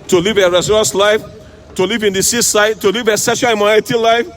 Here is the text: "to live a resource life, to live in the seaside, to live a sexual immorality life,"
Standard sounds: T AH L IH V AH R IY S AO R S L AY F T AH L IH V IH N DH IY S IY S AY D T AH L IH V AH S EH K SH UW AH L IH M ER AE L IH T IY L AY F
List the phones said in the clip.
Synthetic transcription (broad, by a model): T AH L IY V AH R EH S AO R S L AY F T AH L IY V IH N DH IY S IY S AY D T AH L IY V AH S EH SH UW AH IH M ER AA IH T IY L AY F